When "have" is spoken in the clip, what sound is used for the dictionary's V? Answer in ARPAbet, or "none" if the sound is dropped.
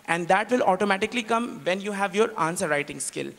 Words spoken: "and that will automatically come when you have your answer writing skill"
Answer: V